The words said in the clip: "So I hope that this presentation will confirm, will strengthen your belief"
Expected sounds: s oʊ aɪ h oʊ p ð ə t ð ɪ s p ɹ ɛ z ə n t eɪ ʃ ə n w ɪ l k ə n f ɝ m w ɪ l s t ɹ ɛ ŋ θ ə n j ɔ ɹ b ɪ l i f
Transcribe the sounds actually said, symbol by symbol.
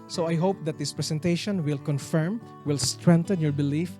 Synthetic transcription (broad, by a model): s oʊ aɪ h oʊ p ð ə t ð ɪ s p ɹ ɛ s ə n t eɪ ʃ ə n w ɪ l k ə n f ɝ m w ɪ l s t ɹ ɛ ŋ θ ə n j ɔ ɹ b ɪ l i f